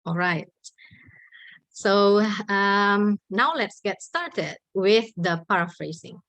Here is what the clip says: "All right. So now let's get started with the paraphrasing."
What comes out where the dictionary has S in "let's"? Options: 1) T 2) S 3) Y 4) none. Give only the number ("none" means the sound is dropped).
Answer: 2